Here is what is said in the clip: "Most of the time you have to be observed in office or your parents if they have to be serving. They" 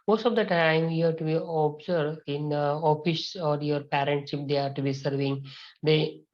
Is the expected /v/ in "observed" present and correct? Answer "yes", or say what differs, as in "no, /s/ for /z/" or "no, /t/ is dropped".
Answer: no, /v/ is dropped